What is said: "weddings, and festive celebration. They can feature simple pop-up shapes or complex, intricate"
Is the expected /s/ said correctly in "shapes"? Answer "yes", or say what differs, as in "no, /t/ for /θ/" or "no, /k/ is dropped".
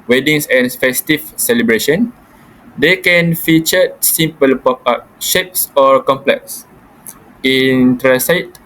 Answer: yes